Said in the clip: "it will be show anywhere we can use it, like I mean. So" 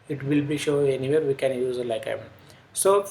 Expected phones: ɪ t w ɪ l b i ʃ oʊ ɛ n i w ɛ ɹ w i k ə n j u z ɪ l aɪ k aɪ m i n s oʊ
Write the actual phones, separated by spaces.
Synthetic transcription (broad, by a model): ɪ t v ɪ l b i ʃ oʊ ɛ n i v ɛ ɹ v i k ə n j u z ɪ l aɪ k aɪ m i n s oʊ